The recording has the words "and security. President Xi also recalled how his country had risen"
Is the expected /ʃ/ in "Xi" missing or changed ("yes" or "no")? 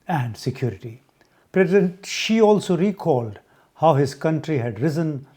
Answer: no